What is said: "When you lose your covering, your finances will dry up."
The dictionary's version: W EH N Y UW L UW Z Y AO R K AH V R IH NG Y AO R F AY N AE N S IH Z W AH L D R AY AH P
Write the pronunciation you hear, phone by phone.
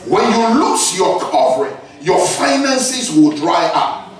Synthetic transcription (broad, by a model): W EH N Y UW L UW S Y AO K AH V R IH Y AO F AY N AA N S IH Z W AH L D R AY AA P